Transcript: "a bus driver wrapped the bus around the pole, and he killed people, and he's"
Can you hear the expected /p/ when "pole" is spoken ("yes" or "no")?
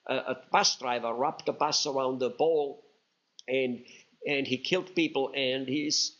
no